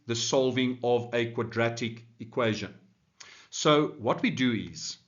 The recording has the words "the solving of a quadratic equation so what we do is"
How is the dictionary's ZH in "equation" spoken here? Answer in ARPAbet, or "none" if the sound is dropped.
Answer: ZH